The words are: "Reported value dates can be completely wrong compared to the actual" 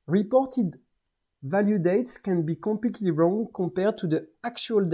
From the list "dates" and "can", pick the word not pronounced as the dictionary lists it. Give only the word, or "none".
none